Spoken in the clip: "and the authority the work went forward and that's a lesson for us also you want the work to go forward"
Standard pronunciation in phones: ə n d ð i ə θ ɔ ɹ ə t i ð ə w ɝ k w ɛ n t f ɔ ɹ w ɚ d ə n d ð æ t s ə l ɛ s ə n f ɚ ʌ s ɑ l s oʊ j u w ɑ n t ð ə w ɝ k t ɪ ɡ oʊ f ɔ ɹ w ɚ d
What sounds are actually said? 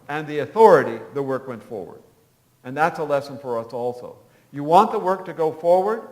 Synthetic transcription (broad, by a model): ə n ð i ə θ ɔ ɹ ə t i ð ə w ɝ k w ɛ n t f ɔ ɹ w ɚ d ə n ð æ t s ə l ɛ s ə n f ɚ ʌ s ɑ l s oʊ j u w ɑ n ð ə w ɝ k t ɪ ɡ oʊ f ɔ ɹ w ɚ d